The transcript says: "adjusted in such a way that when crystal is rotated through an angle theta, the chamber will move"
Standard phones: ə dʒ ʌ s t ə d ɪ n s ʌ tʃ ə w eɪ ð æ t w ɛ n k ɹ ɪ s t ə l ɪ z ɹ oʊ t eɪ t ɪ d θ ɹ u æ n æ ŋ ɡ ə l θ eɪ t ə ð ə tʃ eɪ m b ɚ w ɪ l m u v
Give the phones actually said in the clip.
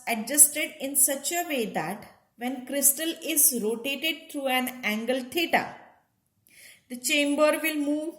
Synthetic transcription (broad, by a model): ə dʒ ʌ s t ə d ɪ n s ʌ tʃ ə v eɪ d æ t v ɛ n k ɹ ɪ s t ə l ɪ z ɹ oʊ t eɪ t ɪ d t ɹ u æ n æ ŋ ɡ ə l t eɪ t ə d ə tʃ eɪ m b ɚ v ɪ l m u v